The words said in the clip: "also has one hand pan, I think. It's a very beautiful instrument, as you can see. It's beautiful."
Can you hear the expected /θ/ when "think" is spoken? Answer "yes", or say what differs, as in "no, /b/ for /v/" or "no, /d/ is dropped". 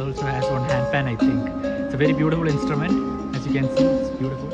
no, /t/ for /θ/